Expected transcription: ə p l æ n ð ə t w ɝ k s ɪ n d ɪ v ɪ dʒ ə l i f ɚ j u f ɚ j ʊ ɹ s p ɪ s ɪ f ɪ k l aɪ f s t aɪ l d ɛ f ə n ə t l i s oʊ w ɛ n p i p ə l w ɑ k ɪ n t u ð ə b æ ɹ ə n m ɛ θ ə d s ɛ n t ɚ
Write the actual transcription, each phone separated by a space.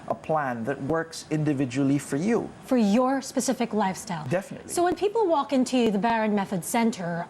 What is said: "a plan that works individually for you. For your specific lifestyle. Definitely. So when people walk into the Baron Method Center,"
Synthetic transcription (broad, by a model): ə p l æ n ð ə t w ɝ k s ɪ n d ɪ v ɪ dʒ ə l i f ɚ j u f ɚ j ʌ ɹ s p ɪ s ɪ f ɪ k l aɪ f s t aɪ l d ɛ f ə n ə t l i s oʊ w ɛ n p i p l w ɑ k ɪ n t u ð ə b æ ɹ ə n m ɛ θ ə d s ɛ n t ɚ